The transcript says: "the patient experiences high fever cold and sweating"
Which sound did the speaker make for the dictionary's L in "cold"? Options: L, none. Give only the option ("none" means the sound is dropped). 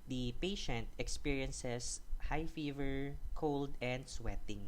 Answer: L